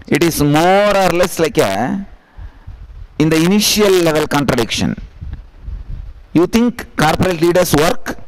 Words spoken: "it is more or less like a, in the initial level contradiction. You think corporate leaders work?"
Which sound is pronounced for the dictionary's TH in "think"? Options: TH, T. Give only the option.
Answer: T